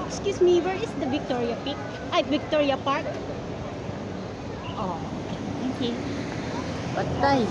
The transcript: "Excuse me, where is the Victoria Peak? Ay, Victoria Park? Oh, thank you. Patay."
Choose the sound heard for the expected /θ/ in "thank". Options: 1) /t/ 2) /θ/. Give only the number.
1